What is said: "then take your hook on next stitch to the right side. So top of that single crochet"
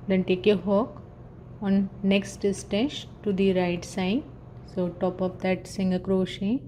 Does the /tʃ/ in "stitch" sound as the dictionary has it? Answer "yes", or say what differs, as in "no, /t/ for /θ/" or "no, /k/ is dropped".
no, /s/ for /tʃ/